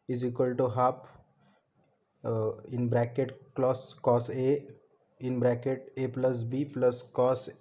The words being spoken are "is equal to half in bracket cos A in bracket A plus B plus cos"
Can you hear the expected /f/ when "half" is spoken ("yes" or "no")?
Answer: no